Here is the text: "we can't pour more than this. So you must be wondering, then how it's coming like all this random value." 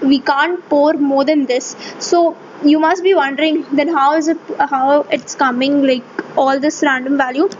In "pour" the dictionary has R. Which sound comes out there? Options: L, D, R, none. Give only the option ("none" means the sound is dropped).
R